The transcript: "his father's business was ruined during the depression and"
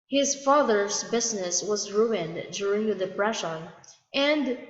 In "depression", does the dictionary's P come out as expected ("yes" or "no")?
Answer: no